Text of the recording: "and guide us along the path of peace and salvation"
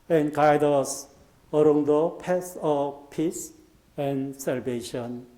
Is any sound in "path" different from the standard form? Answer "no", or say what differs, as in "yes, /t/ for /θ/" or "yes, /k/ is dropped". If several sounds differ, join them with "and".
yes, /s/ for /θ/